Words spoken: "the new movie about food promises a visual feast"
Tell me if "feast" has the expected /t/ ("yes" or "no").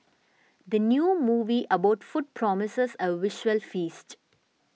yes